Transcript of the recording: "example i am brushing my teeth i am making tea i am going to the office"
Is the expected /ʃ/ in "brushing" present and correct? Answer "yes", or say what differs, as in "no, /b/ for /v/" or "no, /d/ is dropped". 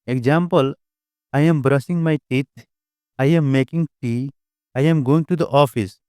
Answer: no, /s/ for /ʃ/